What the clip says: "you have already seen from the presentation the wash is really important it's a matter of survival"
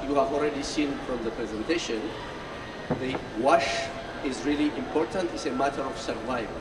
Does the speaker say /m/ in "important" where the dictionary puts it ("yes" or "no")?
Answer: yes